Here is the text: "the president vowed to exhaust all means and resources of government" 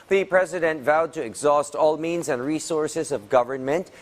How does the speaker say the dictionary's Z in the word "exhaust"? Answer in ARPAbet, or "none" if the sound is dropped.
Z